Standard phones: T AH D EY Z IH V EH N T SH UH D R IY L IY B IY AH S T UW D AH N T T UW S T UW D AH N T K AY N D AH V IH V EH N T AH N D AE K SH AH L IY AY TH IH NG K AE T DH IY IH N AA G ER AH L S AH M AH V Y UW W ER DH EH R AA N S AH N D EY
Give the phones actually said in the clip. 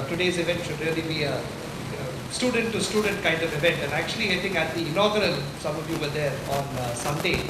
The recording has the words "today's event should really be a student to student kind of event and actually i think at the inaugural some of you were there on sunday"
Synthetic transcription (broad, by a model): T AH D EY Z IH V EH N T SH UH D R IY L IY B IY AH S T UW D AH N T T UW S T UW D AH N T K AY N D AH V IH V EH N T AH N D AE K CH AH L IY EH T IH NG AE T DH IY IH N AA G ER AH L S AH M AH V Y UW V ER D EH R AA N S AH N D EY